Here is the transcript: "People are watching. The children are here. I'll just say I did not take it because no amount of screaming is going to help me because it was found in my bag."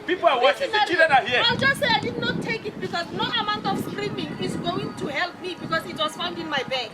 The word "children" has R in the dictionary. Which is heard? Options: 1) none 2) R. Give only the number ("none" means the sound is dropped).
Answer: 1